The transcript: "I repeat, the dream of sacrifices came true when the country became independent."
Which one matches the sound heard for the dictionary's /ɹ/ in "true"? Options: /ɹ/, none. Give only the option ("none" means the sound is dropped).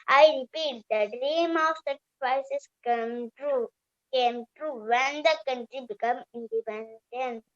/ɹ/